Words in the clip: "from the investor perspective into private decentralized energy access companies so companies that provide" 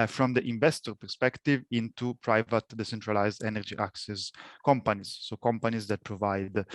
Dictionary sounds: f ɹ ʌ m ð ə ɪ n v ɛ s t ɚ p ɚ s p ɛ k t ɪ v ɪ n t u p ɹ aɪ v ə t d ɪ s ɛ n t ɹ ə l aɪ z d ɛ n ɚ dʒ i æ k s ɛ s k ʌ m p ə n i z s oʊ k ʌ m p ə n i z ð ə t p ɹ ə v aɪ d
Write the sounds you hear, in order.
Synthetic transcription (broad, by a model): f ɹ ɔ m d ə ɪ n v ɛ s t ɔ p ɚ s p ɛ k t ɪ v ɪ n t u p ɹ aɪ v ə t d ɪ s ɛ n t ɹ ə l aɪ z d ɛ n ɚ dʒ i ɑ k s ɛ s k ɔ m p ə n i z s oʊ k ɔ m p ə n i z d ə t p ɹ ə v aɪ d